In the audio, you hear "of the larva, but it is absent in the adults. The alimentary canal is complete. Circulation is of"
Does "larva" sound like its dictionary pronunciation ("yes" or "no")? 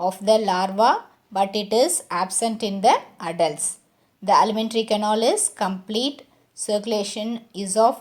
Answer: yes